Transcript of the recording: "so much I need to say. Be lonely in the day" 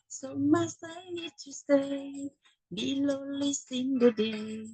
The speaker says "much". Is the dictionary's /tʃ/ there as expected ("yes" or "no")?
no